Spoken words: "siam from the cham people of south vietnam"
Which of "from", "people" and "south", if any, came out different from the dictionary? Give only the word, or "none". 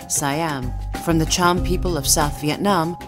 none